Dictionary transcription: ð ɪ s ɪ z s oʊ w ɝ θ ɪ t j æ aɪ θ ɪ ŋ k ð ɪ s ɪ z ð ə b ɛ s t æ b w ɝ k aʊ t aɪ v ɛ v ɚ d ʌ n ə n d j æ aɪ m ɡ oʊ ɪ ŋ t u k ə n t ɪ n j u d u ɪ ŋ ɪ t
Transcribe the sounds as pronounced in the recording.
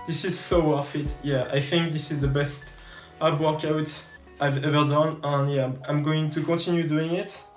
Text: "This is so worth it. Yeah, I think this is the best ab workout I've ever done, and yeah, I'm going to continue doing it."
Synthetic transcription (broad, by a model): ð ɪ s ɪ z s oʊ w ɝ f ɪ t j æ aɪ θ ɪ ŋ k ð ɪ s ɪ z ð ə b ɛ s t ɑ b w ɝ k aʊ t aɪ v ɛ v ɚ d ʌ n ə n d j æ aɪ m ɡ oʊ ɪ ŋ t u k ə n t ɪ n j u d u ɪ ŋ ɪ t